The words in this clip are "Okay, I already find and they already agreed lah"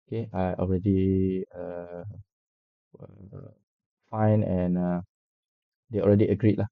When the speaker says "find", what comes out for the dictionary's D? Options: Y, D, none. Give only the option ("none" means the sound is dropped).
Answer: none